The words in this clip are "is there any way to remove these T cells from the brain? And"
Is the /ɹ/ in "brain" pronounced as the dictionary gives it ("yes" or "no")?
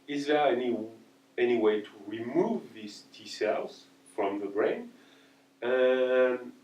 yes